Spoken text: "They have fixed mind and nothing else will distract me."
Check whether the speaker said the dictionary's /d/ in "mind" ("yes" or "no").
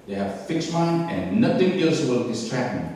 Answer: no